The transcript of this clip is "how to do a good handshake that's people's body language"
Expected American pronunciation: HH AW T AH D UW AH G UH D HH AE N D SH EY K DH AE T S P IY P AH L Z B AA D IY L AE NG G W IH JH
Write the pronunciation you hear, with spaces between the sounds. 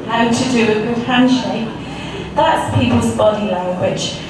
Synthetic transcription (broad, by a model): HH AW T AH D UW AH G UH D HH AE N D SH EY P DH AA T S P IY P AH L Z B AA D IY L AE NG G W IH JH